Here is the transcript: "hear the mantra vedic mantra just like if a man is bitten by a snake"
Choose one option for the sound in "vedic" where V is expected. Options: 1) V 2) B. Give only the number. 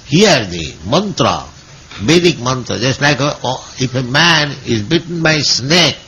2